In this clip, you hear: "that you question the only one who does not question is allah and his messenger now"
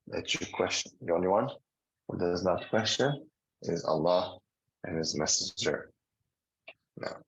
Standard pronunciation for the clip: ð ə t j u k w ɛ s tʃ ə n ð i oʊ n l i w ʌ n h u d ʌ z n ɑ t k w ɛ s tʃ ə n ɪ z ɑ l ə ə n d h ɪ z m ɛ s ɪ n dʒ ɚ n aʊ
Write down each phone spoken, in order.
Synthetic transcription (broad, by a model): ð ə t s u k w ɛ s tʃ ə n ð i oʊ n l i w ʌ n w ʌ d ʌ z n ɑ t k w ɛ s tʃ ə n ɪ z ɑ l ə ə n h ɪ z m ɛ s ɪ dʒ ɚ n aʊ